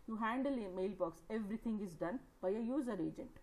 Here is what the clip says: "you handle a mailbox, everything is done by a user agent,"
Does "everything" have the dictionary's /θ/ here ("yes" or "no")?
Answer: no